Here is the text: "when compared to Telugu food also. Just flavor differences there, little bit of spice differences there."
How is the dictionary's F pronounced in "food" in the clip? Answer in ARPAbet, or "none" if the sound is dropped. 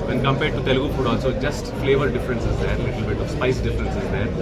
P